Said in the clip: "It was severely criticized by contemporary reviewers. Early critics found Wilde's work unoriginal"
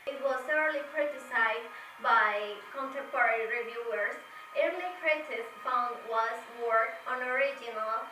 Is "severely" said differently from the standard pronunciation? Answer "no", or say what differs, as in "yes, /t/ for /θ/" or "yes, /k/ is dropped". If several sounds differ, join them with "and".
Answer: yes, /θ/ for /s/